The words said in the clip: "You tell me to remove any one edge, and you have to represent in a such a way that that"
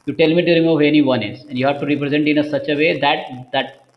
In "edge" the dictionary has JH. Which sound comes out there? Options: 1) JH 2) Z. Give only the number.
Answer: 2